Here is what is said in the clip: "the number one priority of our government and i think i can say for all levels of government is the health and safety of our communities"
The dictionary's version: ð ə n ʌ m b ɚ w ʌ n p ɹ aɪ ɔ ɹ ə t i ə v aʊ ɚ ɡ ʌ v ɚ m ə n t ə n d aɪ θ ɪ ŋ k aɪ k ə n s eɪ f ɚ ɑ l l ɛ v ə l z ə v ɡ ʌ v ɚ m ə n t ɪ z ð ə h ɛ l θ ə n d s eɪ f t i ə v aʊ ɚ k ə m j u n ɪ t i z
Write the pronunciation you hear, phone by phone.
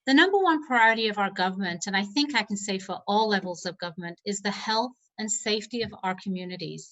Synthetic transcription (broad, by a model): ð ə n ʌ m b ɚ w ʌ n p ɹ aɪ ɔ ɹ ə t i ə v aʊ ɚ ɡ ʌ v ɚ m ə n t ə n aɪ θ ɪ ŋ k aɪ k n s eɪ f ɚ ɑ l l ɛ v l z ə v ɡ ʌ v ɚ m ə n t ɪ z ð ə h ɛ l θ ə n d s eɪ f t i ə v aʊ ɚ k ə m j u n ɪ t i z